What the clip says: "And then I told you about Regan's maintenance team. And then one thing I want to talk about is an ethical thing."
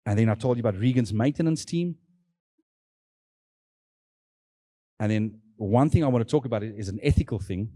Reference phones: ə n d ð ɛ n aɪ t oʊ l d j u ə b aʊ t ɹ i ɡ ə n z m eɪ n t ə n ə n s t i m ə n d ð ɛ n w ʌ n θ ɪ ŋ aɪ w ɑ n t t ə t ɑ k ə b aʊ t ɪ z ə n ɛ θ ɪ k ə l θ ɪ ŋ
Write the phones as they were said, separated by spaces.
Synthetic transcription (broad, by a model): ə n ð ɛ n aɪ t oʊ l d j ə b aʊ t ɹ i ɡ ə n z m eɪ n t ə n ə n s t i m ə n ð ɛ n w ʌ n θ ɪ ŋ aɪ w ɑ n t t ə t ɑ k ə b aʊ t ɪ z ə n ɛ θ ɪ k ə l θ ɪ ŋ